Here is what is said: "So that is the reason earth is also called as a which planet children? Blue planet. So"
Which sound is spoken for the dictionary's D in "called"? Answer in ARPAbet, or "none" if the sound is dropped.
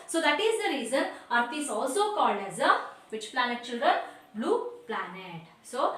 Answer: D